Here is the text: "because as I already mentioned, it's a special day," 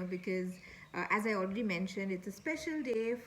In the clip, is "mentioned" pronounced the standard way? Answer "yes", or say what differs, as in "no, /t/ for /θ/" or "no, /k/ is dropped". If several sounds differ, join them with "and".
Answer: yes